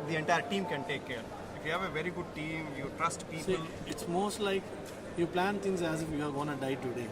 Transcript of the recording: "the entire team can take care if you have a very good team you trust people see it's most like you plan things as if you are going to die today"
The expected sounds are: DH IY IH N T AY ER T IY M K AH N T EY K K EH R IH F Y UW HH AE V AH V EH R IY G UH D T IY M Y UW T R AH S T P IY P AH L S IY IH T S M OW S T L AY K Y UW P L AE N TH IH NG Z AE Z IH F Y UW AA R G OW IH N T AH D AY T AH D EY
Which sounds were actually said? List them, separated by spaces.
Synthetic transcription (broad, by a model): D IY IH N T AY ER T IY M K AH N T EY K K EH R IH F Y UW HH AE V AH V EH R IY G UH D T IY M Y UW T R AH S T P IY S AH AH IH T S M OW S T L AY K Y UW P L AE N T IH NG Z AE Z IH F Y UW AA R G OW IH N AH D AY T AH D EY